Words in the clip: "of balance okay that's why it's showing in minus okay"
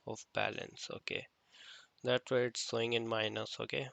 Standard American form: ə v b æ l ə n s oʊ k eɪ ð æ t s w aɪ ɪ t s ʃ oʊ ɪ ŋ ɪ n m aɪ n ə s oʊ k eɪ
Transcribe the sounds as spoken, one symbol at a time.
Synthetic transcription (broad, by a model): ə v b æ l ə n s oʊ k eɪ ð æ t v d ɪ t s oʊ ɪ ŋ ɪ n m aɪ n ə s oʊ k eɪ